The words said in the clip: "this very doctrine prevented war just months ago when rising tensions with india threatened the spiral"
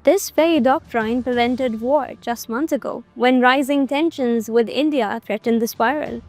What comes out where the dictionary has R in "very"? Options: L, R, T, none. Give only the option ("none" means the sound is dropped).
none